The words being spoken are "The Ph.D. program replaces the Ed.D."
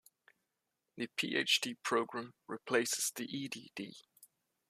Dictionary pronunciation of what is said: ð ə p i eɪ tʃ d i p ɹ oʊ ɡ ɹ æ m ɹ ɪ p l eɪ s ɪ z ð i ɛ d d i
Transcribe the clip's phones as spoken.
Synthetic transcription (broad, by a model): ð ə p i eɪ tʃ d i p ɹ oʊ ɡ ɹ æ m ɹ ɪ p l eɪ s ɪ z ð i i d d i